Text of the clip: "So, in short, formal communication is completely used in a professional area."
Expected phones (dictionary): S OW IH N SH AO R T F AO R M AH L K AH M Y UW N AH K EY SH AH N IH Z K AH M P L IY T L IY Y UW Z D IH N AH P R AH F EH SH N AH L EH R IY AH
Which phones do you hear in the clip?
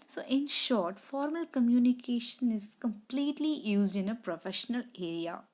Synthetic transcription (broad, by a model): S OW IH N SH AO R T F AO R M AH L K AH M Y UW N AH K EY SH AH N IH Z K AH M P L IY T L IY Y UW Z D IH N AH P R AH F EH SH N AH L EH R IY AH